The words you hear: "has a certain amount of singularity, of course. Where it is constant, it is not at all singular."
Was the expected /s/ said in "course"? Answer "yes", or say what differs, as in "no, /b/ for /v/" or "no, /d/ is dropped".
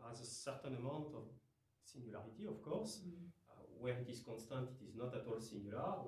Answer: yes